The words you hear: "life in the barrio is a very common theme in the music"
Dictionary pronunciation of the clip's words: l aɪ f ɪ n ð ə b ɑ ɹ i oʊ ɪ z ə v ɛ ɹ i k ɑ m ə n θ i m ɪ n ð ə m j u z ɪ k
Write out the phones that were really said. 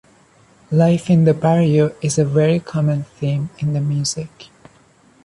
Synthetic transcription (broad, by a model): l aɪ f ɪ n ð ə b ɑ ɹ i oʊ ɪ z ə v ɛ ɹ i k ɑ m ə n θ i m ɪ n ð ə m j u z ɪ k